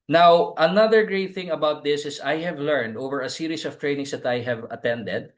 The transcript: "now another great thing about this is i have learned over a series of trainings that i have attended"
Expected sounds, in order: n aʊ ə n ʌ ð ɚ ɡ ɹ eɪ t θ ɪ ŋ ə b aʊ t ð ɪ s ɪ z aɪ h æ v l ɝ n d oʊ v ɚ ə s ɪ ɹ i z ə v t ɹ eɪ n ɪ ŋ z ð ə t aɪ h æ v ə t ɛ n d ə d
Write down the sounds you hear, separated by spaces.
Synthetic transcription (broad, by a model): n aʊ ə n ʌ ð ɚ ɡ ɹ eɪ t θ ɪ ŋ ə b aʊ t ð ɪ s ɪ s aɪ h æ v l ɝ n d oʊ v ɚ ə s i ɹ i s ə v t ɹ eɪ n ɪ ŋ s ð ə t aɪ h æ v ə t ɛ n d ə d